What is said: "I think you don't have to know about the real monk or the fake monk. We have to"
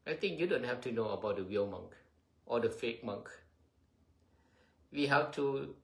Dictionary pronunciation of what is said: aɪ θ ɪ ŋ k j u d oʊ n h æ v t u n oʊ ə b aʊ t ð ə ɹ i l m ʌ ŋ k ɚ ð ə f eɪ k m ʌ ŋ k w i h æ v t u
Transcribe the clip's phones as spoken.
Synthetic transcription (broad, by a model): aɪ t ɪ ŋ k j u d oʊ n h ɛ f t u n oʊ ə b aʊ t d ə w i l m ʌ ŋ k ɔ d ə f eɪ k m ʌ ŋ k w i h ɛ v t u